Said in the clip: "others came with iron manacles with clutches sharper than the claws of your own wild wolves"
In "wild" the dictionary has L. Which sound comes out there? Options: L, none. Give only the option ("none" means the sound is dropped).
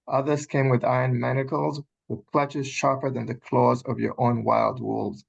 L